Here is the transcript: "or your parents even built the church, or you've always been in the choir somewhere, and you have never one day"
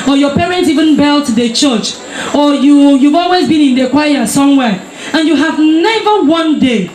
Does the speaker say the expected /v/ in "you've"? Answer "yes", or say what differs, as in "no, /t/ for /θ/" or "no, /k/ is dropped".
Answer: yes